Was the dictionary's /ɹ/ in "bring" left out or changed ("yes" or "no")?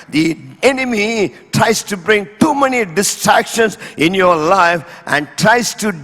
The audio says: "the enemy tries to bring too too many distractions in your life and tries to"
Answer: no